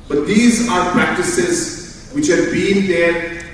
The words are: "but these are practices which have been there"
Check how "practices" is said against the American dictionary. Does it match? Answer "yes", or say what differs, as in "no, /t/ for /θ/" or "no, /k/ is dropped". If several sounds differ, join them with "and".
yes